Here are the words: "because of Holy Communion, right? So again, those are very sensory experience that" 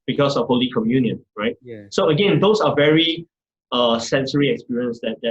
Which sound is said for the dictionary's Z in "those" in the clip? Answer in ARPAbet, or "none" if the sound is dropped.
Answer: S